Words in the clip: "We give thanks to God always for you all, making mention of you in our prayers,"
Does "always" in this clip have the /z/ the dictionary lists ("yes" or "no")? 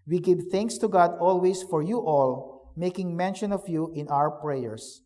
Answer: no